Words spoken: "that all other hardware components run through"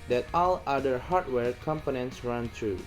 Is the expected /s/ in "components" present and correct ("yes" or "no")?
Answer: yes